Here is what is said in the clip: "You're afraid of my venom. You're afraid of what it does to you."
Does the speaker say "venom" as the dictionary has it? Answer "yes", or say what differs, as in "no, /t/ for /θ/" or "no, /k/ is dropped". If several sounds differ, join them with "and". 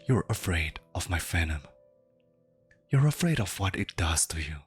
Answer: no, /f/ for /v/